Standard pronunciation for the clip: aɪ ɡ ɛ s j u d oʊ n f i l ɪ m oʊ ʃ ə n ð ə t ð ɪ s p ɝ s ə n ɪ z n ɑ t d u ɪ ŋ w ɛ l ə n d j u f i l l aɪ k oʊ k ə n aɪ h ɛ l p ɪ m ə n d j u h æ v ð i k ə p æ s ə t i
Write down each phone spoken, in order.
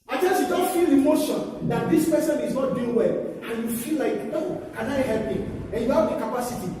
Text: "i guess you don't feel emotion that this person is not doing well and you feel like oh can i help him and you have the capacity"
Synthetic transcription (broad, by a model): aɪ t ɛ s j u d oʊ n f i l ɪ m oʊ ʃ ə n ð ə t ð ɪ s p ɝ s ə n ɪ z n ɑ t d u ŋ w ɛ l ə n j u f i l l aɪ k oʊ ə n aɪ h ɛ l p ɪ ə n j u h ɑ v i k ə p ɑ s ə t i